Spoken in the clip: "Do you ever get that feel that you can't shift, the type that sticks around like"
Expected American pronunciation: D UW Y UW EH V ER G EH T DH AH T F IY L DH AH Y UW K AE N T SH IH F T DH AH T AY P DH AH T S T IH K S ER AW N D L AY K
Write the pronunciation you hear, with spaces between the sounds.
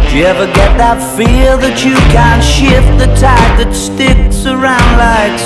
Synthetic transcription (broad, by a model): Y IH EH V ER G EH T DH AH T F IY L DH AH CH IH K AE N T SH IH F T DH AH T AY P DH AH T S T IH K S ER AW N D L AY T